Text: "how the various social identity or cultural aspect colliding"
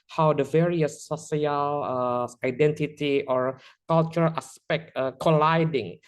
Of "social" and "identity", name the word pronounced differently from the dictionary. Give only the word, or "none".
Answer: social